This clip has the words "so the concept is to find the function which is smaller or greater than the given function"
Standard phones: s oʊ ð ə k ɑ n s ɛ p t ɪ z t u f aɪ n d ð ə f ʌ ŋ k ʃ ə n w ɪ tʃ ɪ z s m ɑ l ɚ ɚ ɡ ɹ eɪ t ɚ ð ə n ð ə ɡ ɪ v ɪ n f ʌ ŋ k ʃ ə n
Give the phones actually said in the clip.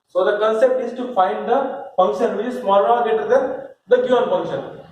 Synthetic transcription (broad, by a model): s oʊ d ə k ɑ n s ɛ p t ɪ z t u f aɪ n d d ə f ʌ ŋ k ʃ ə n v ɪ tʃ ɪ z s m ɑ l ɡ eɪ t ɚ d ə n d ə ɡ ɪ ɪ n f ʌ ŋ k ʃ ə n